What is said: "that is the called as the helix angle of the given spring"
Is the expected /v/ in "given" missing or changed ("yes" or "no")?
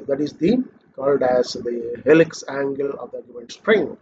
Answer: yes